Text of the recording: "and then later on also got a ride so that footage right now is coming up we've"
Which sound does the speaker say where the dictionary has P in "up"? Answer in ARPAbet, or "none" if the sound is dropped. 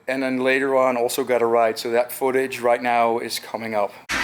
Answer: P